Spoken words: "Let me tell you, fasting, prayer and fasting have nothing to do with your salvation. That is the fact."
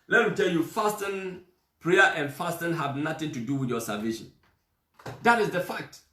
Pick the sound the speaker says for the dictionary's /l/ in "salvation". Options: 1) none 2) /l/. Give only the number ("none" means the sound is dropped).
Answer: 1